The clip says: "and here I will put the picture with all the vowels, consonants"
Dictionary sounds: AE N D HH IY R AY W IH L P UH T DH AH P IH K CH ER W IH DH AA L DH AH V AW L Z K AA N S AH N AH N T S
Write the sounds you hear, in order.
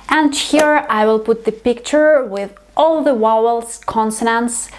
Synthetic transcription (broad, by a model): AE N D HH IY R AY W IH L P UH T DH AH P IH K CH ER W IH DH AA L DH AH W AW L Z K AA N S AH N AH N S